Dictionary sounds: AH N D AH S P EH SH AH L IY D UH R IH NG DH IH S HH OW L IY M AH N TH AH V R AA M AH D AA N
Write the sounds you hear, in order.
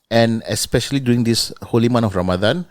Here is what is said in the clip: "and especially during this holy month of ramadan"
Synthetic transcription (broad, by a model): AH N AH S P EH SH AH L IY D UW IH NG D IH S HH OW L IY M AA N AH F R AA M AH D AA N